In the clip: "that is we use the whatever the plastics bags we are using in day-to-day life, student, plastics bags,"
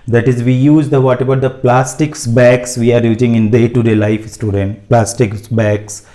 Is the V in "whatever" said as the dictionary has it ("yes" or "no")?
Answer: no